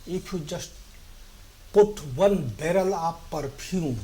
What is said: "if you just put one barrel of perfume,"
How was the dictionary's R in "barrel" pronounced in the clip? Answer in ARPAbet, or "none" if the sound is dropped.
R